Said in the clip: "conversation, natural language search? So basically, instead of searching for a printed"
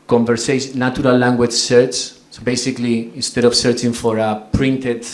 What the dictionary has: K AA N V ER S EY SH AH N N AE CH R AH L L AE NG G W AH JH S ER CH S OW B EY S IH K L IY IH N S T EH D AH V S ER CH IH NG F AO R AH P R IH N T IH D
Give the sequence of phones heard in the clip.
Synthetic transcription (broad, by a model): K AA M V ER S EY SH N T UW R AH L L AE NG G W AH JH S ER CH S OW B EY S IH K L IY IH N S T EH D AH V S ER CH IH NG F AO R AH P R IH N T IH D